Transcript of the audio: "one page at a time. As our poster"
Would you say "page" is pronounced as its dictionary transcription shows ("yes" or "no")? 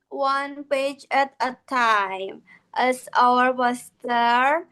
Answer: yes